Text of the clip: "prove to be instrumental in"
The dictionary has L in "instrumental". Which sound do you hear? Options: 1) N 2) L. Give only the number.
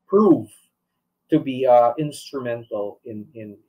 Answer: 1